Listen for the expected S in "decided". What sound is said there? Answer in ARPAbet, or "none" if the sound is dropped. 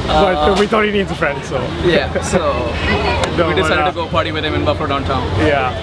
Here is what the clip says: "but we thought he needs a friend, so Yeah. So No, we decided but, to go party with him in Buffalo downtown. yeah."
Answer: none